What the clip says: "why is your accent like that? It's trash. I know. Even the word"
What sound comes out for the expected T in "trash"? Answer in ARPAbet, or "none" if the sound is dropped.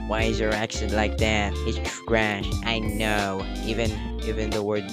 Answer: S